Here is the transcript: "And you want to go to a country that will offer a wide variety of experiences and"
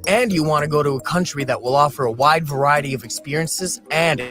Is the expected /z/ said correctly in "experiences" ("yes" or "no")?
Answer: yes